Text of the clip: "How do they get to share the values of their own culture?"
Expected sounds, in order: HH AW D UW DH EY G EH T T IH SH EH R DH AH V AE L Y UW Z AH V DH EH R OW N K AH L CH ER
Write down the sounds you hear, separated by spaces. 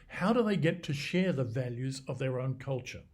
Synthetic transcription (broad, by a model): HH AW D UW DH EY G EH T T IH SH EH R DH AH V AE L Y UW Z AH V DH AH R OW N K AH L CH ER